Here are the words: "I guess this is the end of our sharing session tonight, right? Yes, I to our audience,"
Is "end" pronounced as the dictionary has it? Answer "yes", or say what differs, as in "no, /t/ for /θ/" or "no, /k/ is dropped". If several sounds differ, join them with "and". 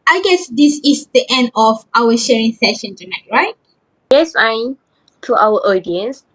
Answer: yes